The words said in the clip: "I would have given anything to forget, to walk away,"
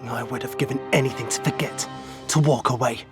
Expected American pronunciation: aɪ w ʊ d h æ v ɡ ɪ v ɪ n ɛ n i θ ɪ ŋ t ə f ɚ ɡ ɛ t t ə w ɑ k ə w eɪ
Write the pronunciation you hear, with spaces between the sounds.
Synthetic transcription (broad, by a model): aɪ w ʊ d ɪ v ɡ ɪ v ɪ n ɛ n i θ ɪ ŋ t ə f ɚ ɡ ɛ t t ə w ɑ k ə w eɪ